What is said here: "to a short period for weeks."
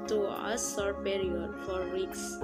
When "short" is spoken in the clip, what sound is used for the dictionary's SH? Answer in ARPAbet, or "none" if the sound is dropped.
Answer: S